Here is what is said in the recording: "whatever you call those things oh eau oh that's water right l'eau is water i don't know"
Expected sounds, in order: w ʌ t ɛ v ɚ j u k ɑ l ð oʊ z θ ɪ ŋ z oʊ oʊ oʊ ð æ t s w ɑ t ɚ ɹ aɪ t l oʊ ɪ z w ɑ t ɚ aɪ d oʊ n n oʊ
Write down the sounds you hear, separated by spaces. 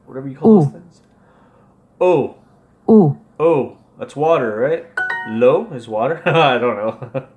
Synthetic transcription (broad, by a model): w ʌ t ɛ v ɚ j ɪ k ɑ l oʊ θ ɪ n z oʊ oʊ oʊ ð æ t s w ɑ t ɚ ɹ aɪ t l oʊ ɪ z w ɑ t ɚ aɪ d oʊ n n oʊ